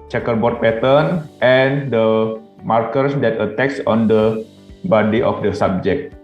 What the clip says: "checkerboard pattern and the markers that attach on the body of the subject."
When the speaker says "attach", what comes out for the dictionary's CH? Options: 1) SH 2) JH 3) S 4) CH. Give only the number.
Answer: 3